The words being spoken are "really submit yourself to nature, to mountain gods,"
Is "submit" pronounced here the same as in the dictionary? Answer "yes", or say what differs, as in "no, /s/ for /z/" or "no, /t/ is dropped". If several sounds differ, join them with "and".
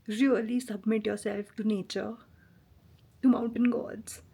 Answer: yes